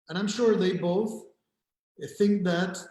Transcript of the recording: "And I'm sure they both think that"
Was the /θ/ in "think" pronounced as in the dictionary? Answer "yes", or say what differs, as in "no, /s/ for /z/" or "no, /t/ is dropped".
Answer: yes